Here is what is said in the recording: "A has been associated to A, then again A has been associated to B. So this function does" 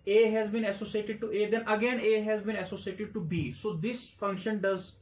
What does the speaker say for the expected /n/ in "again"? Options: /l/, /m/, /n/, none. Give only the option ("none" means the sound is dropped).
/n/